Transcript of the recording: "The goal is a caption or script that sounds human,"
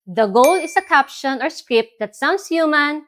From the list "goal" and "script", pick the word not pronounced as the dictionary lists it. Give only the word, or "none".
none